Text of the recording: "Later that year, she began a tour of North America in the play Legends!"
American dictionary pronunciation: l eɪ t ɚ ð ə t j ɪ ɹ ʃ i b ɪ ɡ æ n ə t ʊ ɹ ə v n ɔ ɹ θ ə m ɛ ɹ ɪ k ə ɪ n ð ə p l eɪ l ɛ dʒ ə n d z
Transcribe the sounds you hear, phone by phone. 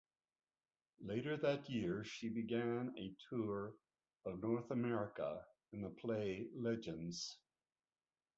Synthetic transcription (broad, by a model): l eɪ t ɚ ð ə t j ɪ ɹ ʃ i b ɪ ɡ æ n ə t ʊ ɹ ə v n ɔ ɹ θ ə m ɛ ɹ ɪ k ə ɪ n ð ə p l eɪ l ɛ dʒ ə n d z